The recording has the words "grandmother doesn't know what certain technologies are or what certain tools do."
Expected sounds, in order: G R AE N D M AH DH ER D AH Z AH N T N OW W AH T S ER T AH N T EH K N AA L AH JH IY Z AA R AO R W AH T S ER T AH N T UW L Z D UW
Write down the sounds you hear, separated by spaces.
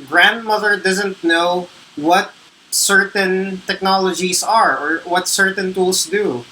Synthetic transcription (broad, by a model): G R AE N D M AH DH ER D AH Z AH N T N OW W AH T S ER T AH N T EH K N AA L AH JH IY S AA R AO R W AH T S ER T AH N T UW L S D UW